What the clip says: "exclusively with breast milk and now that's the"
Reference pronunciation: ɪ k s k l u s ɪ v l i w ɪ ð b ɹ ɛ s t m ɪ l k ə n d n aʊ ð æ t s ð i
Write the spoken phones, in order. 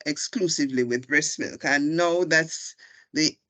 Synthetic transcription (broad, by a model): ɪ k s k l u s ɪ v l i w ɪ ð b ɹ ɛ s m ɪ l k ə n n aʊ ð æ t s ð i